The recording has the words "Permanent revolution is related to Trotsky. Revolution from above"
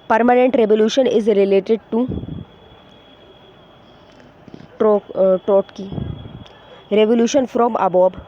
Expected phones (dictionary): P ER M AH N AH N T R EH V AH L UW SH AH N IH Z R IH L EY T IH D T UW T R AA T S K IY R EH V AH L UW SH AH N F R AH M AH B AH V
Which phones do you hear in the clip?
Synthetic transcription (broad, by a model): P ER M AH N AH N T R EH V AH L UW SH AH N IH Z R IH L EY T IH D T UW T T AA T K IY R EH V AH L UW SH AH N F R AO M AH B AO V